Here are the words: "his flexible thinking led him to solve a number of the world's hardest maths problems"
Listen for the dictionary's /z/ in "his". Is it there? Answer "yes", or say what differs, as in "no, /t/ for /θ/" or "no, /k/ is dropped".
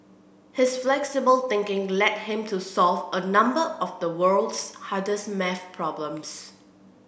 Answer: no, /s/ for /z/